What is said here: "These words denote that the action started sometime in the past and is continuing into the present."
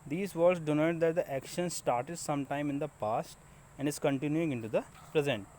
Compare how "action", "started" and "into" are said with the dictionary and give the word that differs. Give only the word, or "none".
none